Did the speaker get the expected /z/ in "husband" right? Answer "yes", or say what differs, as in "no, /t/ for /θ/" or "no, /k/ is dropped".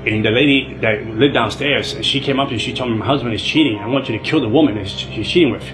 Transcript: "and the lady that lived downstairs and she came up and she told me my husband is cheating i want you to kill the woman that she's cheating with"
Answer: yes